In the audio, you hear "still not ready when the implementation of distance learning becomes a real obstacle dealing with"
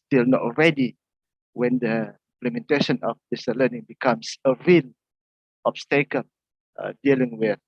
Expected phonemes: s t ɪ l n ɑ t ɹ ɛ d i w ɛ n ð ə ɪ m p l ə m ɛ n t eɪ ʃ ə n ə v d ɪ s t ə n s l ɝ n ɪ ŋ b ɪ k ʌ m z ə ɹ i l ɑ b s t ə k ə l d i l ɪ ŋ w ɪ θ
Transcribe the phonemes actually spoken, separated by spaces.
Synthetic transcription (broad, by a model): s t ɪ l n ɑ t ɹ ɛ d i w ɛ n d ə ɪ m p l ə m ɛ n t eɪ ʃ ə n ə f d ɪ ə s l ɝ n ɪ ŋ b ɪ k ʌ m s ə ɹ i l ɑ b s t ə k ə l d i l ɪ ŋ w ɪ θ